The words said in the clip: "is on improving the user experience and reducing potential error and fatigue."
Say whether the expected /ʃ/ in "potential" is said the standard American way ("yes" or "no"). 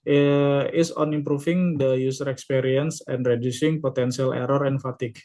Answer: no